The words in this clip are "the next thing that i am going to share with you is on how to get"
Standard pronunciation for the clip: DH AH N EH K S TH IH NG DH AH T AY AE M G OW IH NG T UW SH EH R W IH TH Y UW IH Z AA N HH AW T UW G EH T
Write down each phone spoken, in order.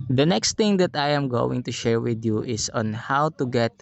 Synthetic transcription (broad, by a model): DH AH N EH K S T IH NG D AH T AY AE M G OW IH NG T UW SH EH R W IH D Y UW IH S AA N HH AW T UW G EH T